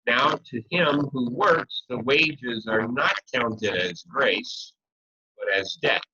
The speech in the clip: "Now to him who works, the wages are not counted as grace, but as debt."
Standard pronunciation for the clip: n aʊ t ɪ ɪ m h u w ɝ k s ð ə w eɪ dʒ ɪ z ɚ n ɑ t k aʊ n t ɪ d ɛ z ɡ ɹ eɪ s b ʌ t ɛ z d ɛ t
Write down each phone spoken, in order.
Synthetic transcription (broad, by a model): n aʊ t ɪ ɪ m h u w ɝ k s ð ə w eɪ dʒ ɪ z ɚ n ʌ t k aʊ n t ɪ d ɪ z ɡ ɹ eɪ s b ʌ t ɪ z d ɛ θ